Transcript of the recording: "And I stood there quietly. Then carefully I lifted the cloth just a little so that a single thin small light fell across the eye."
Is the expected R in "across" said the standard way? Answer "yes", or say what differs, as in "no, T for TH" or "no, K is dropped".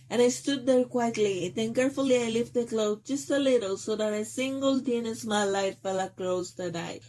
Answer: no, L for R